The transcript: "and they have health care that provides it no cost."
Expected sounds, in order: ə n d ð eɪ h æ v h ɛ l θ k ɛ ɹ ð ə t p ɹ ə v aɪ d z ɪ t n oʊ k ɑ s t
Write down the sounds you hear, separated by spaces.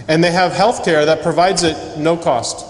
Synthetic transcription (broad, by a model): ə n ð eɪ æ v h ɛ l θ k ɛ ɹ ð ə t p ɹ ə v aɪ d z ɪ t n oʊ k ɑ s t